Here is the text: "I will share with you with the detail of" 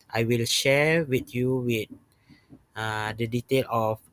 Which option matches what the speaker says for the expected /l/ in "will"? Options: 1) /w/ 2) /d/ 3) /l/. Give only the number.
3